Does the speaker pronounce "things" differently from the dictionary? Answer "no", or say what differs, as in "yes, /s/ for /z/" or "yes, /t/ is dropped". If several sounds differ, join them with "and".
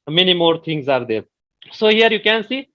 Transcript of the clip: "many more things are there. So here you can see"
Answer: yes, /t/ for /θ/